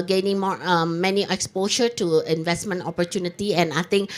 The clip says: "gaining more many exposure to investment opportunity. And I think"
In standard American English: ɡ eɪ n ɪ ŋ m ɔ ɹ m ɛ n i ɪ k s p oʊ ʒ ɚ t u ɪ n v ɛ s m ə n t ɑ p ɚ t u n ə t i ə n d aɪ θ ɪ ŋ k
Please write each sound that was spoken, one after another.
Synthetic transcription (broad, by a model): ɡ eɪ n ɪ ŋ m ɔ ɹ m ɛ n i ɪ k s p oʊ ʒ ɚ t u ɪ n v ɛ s m ə n t ɑ p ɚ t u n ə t i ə n aɪ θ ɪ ŋ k